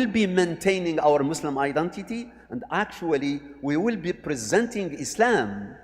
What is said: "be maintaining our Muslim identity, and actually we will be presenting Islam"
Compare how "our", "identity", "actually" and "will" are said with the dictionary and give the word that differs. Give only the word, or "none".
none